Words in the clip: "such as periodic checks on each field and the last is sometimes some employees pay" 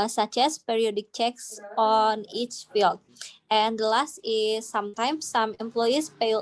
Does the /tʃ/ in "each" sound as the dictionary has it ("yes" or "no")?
yes